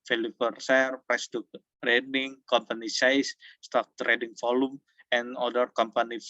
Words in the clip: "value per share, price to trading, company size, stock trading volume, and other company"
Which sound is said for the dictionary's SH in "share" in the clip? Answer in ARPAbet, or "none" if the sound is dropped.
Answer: S